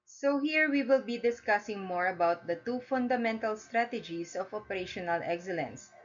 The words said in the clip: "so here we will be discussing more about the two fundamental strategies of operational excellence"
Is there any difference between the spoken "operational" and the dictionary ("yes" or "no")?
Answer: no